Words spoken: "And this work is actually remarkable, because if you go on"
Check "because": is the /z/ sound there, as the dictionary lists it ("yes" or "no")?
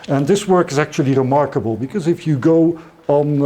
yes